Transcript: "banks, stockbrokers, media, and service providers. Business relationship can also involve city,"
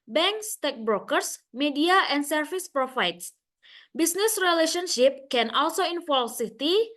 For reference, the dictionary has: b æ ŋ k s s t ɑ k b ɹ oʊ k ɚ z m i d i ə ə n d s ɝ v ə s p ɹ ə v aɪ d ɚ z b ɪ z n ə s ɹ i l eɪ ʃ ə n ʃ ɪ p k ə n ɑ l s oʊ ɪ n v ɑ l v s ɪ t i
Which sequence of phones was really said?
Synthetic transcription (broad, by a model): b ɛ ŋ k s s t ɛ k b ɹ oʊ k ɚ s m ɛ d i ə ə n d s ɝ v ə s p ɹ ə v aɪ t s b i s n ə s ɹ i l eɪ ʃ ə n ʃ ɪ p k ə n ɑ l s oʊ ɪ n f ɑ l s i t i